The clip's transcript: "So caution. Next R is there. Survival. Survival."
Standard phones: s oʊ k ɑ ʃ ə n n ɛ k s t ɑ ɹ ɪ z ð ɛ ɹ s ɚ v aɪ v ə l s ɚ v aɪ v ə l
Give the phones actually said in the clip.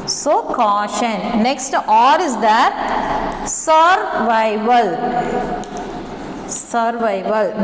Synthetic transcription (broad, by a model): s oʊ k ɑ ʃ ə n n ɛ k s t ɑ ɹ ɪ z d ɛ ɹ s ɚ v aɪ v ə l s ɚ v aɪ v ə l